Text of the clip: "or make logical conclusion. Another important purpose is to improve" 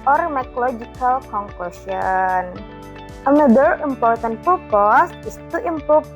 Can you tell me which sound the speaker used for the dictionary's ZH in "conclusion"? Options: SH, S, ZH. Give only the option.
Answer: S